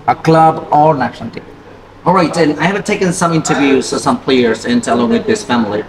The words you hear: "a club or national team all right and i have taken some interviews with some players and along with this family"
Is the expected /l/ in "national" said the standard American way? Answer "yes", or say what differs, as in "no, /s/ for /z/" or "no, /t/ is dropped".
no, /n/ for /l/